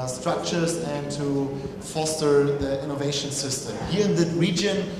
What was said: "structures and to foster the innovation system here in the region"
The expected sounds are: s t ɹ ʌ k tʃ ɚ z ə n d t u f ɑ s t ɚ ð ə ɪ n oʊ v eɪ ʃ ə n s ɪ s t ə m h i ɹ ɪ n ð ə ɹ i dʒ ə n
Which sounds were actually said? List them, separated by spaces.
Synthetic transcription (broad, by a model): s t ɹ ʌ k tʃ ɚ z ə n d t u f ɑ s t ɚ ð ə ɪ n oʊ v eɪ ʃ ə n s ɪ s t ə m h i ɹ ɪ n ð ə ɹ i dʒ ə n